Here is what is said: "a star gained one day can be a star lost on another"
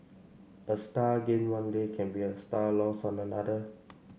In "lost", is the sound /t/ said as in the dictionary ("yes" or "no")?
no